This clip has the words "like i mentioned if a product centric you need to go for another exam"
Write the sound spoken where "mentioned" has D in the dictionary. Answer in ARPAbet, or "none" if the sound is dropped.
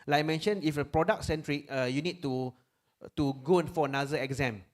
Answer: none